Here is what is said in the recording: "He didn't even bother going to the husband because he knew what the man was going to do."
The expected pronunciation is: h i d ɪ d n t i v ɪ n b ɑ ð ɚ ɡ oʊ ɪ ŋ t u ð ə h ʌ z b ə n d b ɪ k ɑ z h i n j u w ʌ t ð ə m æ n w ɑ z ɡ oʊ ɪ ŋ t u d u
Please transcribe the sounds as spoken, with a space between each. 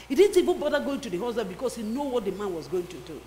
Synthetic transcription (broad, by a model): h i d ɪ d n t i v ɪ n b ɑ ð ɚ ɡ oʊ ɪ ŋ t u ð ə h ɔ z ə b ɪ k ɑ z h i n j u w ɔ t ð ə m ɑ n w ɑ z ɡ oʊ ɪ ŋ t u d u